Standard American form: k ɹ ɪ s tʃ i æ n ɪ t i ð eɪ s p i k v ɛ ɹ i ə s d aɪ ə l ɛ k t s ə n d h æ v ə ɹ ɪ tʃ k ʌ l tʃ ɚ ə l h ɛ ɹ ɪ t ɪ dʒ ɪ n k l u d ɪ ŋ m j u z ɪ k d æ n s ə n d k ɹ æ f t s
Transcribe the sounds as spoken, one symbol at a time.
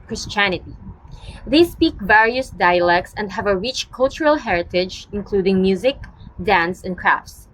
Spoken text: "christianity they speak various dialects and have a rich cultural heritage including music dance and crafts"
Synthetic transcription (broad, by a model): k ɹ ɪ s tʃ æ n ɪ t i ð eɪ s p i k v ɛ ɹ i ə s d aɪ ə l ɛ k t s ə n d h æ v ə ɹ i tʃ k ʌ l tʃ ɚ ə l h ɛ ɹ ɪ t ɪ dʒ ɪ n k l u d ɪ ŋ m j u z ɪ k d æ n s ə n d k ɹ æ f t s